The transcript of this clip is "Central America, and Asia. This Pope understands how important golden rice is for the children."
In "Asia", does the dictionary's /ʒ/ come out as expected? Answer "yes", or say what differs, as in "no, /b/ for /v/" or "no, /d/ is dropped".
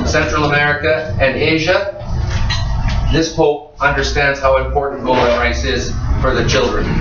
yes